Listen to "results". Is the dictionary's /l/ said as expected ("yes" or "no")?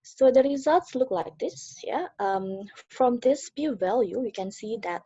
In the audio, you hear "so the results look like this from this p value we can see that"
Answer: yes